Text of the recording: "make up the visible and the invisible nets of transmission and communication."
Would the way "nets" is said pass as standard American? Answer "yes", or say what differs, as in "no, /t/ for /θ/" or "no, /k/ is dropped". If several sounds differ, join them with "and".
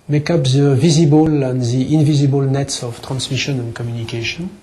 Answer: yes